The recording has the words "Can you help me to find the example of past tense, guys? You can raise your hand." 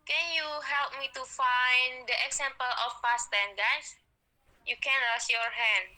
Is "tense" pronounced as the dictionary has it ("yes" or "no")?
no